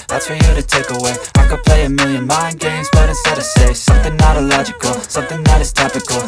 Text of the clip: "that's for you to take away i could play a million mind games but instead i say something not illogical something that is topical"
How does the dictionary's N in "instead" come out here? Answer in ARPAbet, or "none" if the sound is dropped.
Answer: none